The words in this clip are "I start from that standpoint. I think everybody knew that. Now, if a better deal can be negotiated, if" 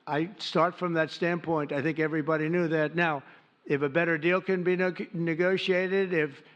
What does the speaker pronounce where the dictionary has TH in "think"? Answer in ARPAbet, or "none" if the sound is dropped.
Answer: TH